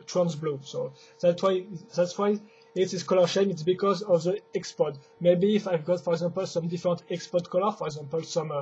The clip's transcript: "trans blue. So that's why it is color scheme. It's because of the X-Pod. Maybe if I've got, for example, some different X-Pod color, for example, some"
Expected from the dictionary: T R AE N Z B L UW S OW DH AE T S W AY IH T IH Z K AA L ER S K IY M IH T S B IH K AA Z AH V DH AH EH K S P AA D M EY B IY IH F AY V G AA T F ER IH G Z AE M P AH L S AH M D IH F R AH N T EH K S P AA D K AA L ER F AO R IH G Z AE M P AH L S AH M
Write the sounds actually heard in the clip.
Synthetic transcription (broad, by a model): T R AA N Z B L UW S OW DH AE T S W AY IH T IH S K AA L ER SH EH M IH T S B IH K AA Z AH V DH AH EH K S P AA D M EY B IY F AY V G AA T F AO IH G Z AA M P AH L S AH M D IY F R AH N T EH K S P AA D K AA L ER F AO R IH G Z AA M P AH L S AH M